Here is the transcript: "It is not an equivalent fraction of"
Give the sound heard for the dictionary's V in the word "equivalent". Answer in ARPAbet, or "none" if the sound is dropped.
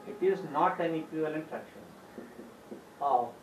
none